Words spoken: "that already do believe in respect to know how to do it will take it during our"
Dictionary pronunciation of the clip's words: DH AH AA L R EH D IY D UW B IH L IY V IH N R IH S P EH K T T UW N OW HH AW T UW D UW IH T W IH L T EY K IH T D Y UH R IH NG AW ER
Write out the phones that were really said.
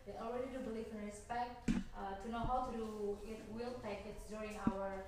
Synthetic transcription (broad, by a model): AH AA L R EH D IY D UW B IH L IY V IH N R IH S P EH K T T UW N OW HH AW T UW D UW IH T W IH L T EY K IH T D Y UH R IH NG AW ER